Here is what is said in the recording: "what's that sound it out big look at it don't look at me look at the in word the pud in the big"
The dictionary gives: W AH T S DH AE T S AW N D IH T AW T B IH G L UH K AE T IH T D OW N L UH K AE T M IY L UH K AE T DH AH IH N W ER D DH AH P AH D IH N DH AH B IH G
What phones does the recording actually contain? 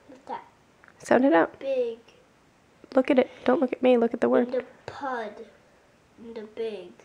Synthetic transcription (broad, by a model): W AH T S DH AE T S AW N D IH T AW T B IH G L UH K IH T IH T D OW N L UH K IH T M IY L UH K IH T DH AH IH W ER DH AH P AH D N DH AH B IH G